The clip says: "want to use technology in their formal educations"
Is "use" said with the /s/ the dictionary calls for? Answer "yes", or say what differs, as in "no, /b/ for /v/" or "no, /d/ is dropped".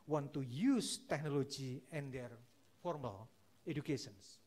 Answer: yes